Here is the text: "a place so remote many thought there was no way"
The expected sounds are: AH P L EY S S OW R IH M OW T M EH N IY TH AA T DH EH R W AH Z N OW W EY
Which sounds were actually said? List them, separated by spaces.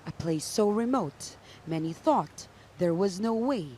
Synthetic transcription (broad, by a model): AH P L EY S S OW R IH M OW T M EH N IY TH AA T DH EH R W AH Z N OW W EY